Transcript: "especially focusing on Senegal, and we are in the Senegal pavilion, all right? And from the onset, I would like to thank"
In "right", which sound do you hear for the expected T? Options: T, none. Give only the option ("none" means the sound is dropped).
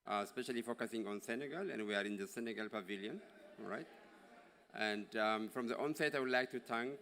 T